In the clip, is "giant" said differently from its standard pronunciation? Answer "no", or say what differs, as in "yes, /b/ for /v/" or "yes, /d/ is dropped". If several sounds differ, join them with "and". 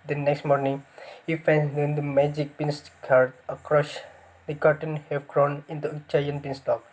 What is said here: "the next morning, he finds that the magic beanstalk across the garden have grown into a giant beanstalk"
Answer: yes, /tʃ/ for /dʒ/